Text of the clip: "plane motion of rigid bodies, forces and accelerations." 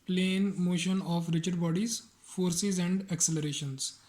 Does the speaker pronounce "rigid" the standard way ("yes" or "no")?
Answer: no